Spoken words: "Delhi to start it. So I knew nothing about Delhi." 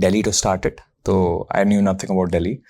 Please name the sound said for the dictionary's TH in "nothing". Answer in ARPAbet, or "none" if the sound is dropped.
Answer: T